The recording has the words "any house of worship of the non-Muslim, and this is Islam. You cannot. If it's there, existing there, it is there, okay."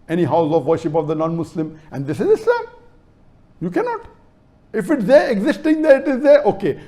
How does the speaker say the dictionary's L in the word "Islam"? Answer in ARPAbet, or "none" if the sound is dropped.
none